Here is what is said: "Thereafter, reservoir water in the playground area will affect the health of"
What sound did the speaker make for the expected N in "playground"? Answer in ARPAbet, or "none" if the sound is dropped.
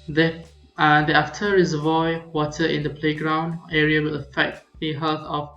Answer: N